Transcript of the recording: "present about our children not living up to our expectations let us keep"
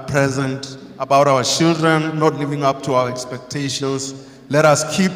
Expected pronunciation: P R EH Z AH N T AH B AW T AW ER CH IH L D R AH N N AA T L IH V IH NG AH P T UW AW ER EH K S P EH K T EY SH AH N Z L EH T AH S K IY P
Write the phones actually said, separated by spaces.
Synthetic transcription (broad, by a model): P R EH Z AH N T AH B AW T AW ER CH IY L D R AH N N AA T L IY V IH NG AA P T UW AW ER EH K S P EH K T EY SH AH N S L EH T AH S K IY P